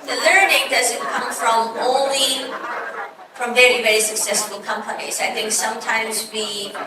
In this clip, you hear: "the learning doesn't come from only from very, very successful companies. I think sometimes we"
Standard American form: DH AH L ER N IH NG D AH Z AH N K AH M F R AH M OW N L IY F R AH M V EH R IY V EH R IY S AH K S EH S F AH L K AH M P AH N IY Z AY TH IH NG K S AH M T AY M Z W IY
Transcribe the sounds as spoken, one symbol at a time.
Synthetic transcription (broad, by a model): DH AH L ER N IH NG D AH Z AH N K AH M F R AH M OW N L IY F R AH M V EH R IY V EH R IY S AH K S EH S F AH L K AH M P AH N IY Z AY TH IH NG K S AH M T AY M Z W IY